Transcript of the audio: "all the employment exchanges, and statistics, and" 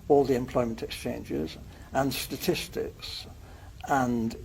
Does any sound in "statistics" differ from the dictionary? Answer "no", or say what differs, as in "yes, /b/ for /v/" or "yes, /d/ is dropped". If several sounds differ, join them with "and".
no